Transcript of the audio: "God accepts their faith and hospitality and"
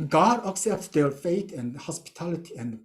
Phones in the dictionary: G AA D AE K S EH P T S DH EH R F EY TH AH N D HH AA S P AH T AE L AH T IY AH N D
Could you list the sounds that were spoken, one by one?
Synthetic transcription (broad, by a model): G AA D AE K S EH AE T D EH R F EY T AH N HH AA S P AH T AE L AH T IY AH N